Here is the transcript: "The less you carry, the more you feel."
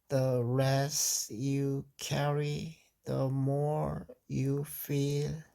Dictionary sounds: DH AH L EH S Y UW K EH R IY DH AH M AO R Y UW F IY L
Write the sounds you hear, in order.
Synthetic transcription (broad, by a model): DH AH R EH S Y UW K EH R IY DH AH M AO R Y UW F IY L